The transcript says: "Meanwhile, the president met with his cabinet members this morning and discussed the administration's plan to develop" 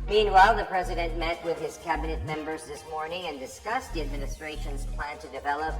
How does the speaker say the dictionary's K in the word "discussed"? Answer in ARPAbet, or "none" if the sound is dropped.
K